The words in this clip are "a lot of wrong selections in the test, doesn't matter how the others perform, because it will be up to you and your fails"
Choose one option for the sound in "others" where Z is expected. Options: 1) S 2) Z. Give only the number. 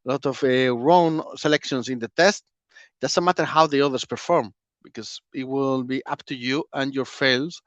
1